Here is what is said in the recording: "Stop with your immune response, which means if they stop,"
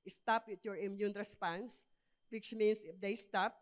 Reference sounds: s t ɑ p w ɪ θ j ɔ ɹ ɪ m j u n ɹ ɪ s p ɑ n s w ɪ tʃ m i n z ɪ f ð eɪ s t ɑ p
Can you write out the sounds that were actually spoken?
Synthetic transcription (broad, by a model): s t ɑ p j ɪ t j ɔ ɹ ɪ m j u n ɹ ɪ s p ɑ n s w ɪ tʃ m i n s ɪ f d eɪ s t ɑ p